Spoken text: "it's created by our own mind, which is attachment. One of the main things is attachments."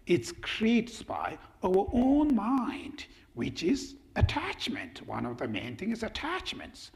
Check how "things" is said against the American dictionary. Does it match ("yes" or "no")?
no